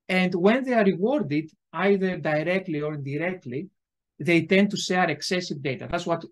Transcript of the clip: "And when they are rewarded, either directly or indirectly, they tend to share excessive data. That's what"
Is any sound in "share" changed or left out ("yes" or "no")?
yes